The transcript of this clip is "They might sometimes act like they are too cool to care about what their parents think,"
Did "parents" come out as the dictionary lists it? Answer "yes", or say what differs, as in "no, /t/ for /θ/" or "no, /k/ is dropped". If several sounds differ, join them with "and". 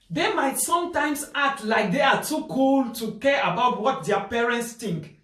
yes